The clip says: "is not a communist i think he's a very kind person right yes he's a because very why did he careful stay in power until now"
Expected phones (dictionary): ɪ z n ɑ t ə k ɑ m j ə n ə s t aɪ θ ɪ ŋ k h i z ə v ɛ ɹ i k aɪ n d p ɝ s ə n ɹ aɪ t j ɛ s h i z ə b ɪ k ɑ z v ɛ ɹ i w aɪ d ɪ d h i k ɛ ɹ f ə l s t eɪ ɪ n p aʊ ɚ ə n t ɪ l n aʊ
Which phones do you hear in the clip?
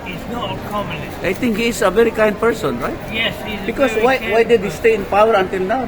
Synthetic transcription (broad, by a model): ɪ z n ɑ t ə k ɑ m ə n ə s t aɪ t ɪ ŋ k h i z ə v ɛ ɹ i k aɪ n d p ɝ s ə n ɹ aɪ t j ɛ s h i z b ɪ k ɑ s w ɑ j w aɪ d ɪ d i s t eɪ ɪ n p aʊ ɚ ə n t ɪ l n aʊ